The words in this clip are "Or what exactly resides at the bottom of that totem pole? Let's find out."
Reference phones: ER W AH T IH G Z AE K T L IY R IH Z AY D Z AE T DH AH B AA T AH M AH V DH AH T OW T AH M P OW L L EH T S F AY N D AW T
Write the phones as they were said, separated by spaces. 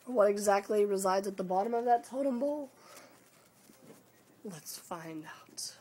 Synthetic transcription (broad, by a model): W AH T IH G Z AE K T L IY R IH Z AY D Z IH T DH AH B AA T AH M AH V DH AH T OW T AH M B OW L L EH T S F AY N D AW T